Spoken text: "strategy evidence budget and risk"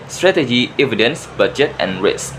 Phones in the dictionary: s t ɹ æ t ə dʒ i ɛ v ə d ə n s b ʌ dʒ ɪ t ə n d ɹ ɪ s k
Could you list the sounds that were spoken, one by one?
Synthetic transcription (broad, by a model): s t ɹ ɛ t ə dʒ i ɛ v ə d ə n s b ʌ dʒ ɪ t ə n ɹ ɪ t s